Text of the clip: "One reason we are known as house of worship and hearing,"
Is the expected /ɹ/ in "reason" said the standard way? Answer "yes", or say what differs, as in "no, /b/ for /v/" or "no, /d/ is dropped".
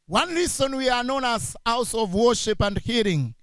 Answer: no, /l/ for /ɹ/